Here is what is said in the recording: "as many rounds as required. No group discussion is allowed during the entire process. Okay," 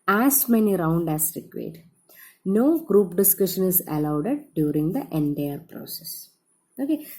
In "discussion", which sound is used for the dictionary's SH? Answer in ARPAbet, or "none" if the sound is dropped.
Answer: SH